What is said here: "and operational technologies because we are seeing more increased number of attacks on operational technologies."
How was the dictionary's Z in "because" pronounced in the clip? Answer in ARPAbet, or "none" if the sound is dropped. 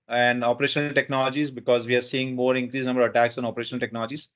Z